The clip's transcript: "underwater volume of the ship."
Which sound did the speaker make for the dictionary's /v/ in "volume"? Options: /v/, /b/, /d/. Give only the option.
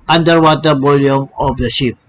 /b/